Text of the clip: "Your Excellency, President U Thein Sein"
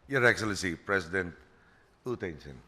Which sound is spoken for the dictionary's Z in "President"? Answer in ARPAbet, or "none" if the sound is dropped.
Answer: S